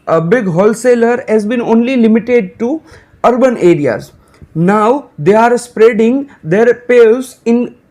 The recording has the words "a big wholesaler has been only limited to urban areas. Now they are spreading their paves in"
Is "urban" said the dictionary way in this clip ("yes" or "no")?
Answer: yes